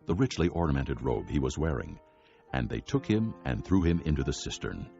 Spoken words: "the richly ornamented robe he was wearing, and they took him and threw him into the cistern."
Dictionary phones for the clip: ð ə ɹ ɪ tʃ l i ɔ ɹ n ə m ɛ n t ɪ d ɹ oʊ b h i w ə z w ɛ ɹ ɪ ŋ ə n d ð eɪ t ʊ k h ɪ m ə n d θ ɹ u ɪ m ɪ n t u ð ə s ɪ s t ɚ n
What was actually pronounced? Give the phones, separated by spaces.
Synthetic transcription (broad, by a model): ð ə ɹ ɪ tʃ l i ɔ ɹ n ə m ɛ n t ɪ d ɹ oʊ b h i w ə z w ɛ ɹ ɪ ŋ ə n ð eɪ t ʊ k h ɪ m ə n θ ɹ u ɪ m ɪ n t u ð ə s ɪ s t ɚ n